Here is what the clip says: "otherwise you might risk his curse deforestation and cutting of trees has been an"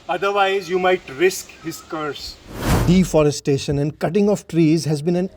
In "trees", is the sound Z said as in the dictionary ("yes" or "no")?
yes